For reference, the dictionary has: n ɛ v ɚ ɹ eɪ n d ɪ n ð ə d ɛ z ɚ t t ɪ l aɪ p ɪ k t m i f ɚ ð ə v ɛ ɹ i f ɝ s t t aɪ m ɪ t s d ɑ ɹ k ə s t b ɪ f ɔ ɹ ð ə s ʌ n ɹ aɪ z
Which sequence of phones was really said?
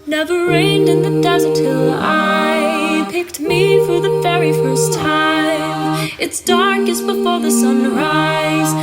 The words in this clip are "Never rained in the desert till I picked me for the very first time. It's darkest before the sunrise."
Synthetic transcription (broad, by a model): n ɛ v ɚ ɹ eɪ n d ɪ n ð ə d ɛ z ɚ t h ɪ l aɪ p ɪ k t m i f ɚ ð ə v ɛ ɹ i f ɝ s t t aɪ m ɪ t s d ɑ ɹ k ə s b ɪ f ɔ ɹ ð ə s ʌ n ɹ aɪ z